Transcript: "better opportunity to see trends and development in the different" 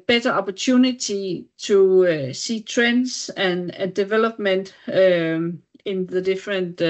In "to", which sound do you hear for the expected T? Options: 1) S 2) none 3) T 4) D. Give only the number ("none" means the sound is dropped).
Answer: 1